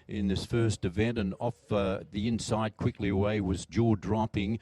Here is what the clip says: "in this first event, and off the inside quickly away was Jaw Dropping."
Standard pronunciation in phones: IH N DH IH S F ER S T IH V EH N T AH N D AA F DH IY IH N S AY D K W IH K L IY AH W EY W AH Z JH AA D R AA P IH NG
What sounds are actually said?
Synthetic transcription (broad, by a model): IH N DH IH S F ER S T IH V EH N T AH N AA F DH IY IH N S AY D K W IH K L IY AH W EY W AH Z JH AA D R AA P IH NG